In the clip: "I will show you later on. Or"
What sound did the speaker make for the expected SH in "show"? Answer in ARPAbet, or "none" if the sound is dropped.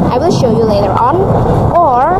SH